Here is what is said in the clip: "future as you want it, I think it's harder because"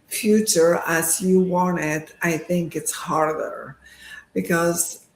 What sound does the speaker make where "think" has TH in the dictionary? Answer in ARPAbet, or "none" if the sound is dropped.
TH